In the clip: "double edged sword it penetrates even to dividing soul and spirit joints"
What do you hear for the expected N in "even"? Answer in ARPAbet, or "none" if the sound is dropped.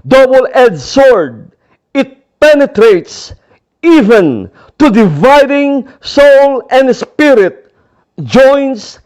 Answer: N